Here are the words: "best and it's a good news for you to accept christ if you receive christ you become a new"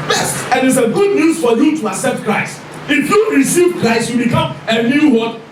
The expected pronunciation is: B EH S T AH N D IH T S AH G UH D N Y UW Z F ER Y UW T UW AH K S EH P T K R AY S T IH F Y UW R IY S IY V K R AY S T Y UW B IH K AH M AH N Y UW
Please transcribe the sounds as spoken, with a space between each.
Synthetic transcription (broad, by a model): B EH S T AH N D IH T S AH G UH D N Y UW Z F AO Y UW T UW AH S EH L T K R AY S T IH F Y UW R IY S IY V K R AY S T Y UW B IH K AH M AH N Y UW